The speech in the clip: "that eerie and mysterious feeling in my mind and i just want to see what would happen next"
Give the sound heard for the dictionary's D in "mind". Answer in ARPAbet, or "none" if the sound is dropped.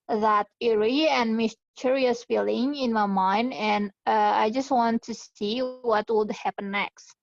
D